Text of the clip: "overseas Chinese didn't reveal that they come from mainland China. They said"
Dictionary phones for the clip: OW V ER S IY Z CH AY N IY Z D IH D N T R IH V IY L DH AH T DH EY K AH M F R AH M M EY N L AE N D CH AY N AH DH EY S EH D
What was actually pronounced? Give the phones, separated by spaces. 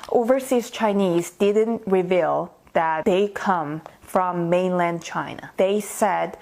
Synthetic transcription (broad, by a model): OW V ER S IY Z CH AY N IY Z D IH D N T R IH V IY L DH AH T DH EY K AH M F R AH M M EY N L AE N D CH AY N AH DH EY S EH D